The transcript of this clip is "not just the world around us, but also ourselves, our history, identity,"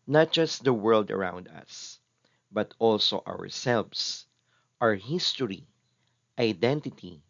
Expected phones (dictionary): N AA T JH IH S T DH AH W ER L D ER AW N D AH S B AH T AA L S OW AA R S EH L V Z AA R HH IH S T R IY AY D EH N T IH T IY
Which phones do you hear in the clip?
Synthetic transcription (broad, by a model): N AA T JH IH S T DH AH W ER L D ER AW N D AH S B AH T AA L S OW AA R S EH L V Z AA R HH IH S T R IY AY D EH N T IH T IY